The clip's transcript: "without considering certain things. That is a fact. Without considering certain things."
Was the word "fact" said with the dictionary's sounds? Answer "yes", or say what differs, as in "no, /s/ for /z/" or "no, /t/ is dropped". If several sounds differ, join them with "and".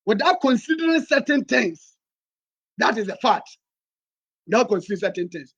no, /k/ is dropped